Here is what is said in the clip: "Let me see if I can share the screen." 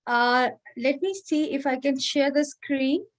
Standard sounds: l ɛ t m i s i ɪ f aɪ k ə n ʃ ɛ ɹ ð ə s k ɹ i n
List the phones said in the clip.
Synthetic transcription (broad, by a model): l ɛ t m i s i ɪ f aɪ k ə n ʃ ɛ ɹ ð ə s k ɹ i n